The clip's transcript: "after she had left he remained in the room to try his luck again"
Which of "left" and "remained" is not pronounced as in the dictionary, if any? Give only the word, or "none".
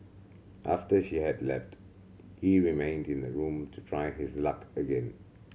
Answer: none